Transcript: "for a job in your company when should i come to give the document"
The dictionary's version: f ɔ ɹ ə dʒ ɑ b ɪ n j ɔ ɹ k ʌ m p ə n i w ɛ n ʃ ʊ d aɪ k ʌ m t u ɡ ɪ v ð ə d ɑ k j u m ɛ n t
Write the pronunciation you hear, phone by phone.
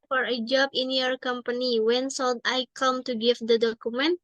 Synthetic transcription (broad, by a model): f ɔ ɹ ə dʒ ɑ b ɪ n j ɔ ɹ k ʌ m p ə n i w ɛ n s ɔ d aɪ k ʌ m t u ɡ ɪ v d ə d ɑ k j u m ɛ n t